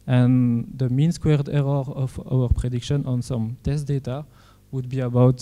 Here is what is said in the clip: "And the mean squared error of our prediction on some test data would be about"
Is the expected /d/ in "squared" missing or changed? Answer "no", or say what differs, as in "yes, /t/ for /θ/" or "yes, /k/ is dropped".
no